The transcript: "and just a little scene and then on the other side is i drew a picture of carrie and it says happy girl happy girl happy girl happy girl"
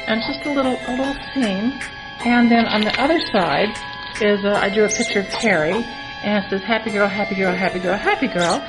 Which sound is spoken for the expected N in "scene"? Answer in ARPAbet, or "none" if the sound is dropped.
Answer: N